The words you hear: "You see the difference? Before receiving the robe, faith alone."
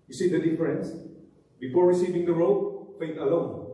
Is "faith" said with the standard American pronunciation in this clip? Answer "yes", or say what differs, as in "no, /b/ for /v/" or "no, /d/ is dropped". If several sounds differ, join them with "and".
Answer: no, /t/ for /θ/